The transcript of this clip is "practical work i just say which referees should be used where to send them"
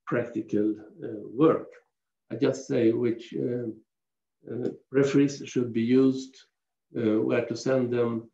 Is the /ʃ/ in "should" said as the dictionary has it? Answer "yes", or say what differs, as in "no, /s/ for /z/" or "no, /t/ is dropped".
yes